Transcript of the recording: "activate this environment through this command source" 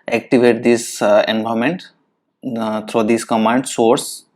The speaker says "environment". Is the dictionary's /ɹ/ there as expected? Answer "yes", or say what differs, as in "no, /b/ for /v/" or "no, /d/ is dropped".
no, /ɹ/ is dropped